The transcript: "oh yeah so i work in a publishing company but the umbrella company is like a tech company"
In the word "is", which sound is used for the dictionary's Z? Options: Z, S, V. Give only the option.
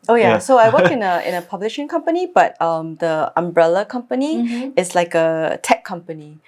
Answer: S